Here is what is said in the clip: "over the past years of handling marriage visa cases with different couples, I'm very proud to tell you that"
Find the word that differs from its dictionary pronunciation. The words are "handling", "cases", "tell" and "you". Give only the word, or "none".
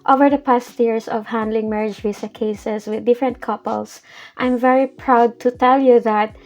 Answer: cases